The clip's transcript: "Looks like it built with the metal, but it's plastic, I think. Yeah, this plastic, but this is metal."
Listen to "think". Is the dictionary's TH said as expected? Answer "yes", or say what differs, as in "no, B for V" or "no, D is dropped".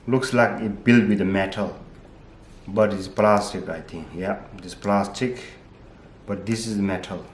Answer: no, T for TH